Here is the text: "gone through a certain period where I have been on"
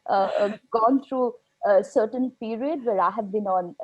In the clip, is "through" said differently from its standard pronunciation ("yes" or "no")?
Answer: yes